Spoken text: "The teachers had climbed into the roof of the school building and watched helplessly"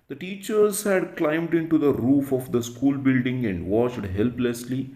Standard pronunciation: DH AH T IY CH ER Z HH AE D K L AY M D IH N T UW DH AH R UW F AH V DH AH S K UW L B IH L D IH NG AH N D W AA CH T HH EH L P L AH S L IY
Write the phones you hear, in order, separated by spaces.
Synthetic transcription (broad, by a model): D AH T IY CH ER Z HH AE D K L AY M D IH N T UW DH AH R UW F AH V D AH S K UW L B IH L D IH NG AH N D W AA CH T HH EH L P L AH S L IY